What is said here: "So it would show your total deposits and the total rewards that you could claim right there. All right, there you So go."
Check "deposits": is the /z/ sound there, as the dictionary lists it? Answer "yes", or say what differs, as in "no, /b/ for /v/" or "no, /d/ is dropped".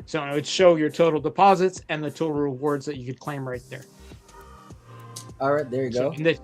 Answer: yes